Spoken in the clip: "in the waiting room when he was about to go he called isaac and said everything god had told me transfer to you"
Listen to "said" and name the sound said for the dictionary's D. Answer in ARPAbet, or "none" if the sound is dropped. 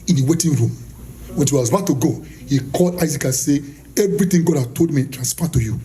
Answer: none